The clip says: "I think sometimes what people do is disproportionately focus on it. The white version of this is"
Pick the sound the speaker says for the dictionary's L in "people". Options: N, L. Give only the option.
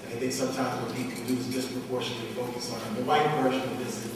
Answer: N